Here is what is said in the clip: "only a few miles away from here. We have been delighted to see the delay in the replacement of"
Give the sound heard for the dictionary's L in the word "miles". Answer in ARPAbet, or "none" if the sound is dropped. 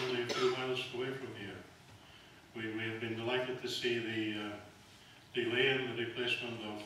L